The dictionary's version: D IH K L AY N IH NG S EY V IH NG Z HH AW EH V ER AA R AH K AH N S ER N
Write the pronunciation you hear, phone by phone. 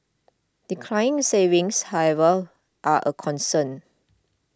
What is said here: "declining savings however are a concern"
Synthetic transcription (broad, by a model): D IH K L AY IH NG S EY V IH NG S HH AW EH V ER AA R AH K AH N S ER N